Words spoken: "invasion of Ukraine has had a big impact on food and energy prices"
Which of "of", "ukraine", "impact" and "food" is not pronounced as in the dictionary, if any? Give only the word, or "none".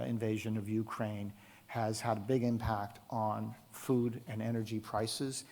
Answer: none